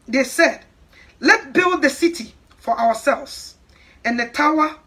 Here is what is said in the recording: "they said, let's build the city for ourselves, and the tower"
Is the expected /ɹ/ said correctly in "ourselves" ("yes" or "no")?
no